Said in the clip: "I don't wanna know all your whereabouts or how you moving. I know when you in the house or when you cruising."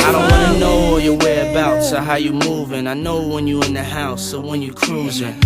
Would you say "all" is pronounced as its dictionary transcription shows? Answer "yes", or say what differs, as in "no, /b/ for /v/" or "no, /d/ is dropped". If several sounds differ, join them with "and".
no, /w/ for /l/